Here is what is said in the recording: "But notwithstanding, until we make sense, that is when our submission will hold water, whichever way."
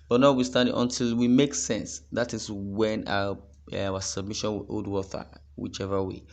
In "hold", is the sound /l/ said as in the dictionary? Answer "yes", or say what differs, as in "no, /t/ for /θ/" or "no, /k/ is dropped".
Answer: no, /l/ is dropped